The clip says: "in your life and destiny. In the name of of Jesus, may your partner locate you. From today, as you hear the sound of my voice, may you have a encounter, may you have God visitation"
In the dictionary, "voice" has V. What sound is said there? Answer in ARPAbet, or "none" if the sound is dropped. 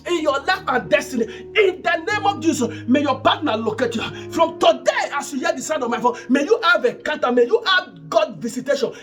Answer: F